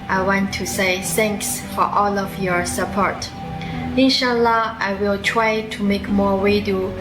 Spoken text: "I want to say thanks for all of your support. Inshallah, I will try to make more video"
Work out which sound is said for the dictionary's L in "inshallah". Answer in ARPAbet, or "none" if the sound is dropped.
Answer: L